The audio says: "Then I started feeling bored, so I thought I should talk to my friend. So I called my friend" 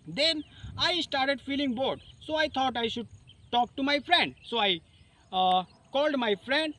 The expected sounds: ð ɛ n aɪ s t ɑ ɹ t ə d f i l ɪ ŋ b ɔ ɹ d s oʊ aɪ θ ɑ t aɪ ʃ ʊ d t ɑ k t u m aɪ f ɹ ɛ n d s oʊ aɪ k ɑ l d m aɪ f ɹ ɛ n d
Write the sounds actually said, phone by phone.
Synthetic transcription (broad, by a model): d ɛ n aɪ s t ɑ ɹ t ə d f i l ɪ ŋ b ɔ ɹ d s oʊ aɪ t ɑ t aɪ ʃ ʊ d t ɑ k t u m aɪ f ɹ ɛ n d s oʊ aɪ k ɑ l d m aɪ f ɹ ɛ n d